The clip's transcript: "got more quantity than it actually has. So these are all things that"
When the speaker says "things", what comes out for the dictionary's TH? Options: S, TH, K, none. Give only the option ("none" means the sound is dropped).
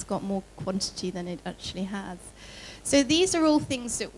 TH